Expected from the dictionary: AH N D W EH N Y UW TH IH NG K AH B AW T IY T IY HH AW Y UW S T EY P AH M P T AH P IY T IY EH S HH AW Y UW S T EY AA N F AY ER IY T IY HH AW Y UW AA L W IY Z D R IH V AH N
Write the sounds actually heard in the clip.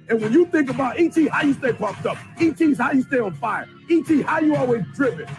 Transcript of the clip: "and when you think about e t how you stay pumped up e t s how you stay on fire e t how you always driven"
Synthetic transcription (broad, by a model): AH N W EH N Y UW TH IH NG K AH B AW T IY T IY HH AW Y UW S T EY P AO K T AH P IY T IY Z HH AW Y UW S T EY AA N F AY ER IY T IY HH AW Y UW AA L W IY Z D R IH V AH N